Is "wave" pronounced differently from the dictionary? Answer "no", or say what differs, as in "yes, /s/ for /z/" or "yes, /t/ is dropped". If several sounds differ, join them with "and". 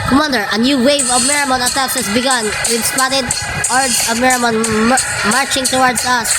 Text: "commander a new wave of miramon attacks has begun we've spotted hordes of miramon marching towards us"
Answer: no